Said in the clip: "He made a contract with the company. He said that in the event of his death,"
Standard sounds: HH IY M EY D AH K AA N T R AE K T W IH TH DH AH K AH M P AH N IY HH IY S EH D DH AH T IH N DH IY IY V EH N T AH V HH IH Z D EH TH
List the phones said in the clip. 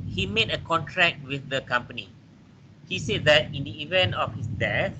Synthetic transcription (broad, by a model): HH IY M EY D AH K AA N T R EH K T W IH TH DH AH K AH M P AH N IY HH IY S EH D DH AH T IH N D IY IY V EH N T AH F HH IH S D EH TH